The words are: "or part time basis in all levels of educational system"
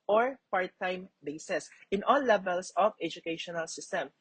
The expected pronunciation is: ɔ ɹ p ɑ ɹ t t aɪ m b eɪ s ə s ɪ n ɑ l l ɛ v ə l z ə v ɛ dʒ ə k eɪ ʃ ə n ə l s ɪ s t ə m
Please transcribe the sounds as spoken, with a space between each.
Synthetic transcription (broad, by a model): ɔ ɹ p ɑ ɹ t t aɪ m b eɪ s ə s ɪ n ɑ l l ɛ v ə l s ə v ɛ dʒ ə k eɪ ʃ ə n ə l s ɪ s t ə m